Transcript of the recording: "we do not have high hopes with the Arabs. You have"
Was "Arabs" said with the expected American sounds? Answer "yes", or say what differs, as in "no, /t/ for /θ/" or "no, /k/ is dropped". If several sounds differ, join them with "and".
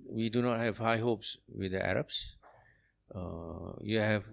no, /s/ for /z/